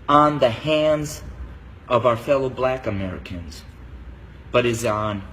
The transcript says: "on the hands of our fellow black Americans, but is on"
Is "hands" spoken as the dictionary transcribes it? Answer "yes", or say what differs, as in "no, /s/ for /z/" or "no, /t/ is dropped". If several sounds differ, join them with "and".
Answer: yes